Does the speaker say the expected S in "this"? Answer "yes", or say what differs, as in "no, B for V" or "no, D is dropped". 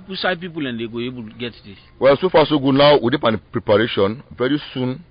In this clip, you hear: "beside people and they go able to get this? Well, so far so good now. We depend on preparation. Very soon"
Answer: no, S is dropped